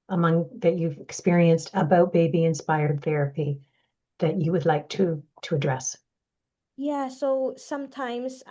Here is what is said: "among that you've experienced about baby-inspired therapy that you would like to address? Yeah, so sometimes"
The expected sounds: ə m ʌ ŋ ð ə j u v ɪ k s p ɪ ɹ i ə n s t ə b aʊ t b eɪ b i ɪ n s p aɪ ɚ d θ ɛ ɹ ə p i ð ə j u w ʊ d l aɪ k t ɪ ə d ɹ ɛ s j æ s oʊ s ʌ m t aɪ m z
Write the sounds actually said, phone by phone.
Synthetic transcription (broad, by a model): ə m ʌ ŋ ð ə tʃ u v ɪ k s p ɪ ɹ i ə n s t ə b aʊ t b eɪ b i ɪ n s p aɪ ɚ d θ ɛ ɹ ə p i ð ə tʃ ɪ w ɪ d l aɪ k t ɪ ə d ɹ ɛ s j æ s oʊ s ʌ m t aɪ m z